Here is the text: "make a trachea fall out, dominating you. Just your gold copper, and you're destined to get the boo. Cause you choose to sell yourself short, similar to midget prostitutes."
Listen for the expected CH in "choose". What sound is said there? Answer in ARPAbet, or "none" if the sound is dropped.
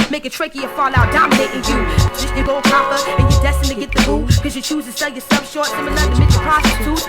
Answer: CH